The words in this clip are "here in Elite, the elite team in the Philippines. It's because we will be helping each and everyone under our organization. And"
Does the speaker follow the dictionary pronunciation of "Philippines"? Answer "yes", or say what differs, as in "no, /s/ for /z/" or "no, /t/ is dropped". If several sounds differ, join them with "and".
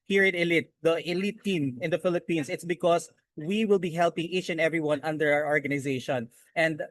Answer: no, /s/ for /z/